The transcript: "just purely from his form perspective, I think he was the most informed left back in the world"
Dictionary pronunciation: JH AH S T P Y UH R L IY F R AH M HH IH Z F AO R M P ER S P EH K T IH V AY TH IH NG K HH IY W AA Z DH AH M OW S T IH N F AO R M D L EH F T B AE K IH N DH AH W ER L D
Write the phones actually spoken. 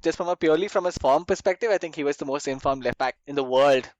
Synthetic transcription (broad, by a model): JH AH S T P Y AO R L IY F R AH M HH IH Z F AO R M P ER S P EH K T IH V AY T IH NG K HH IY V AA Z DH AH M OW S T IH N F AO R M L EH F T B AE K IH N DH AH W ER L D